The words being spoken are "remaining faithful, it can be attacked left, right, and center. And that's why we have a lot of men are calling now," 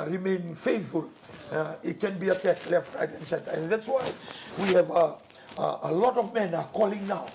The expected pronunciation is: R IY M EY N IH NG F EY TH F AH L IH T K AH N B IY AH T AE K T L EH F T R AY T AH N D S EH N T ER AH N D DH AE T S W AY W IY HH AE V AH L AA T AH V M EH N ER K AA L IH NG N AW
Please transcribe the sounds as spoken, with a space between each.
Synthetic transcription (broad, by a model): R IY M EY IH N F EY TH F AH L IH T K AH N B IY AH T AE K T L EH F T R AY T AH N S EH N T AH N DH AE T S W AY W IY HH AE V AH L AA T AH V M EH N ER K AA L IH NG N AW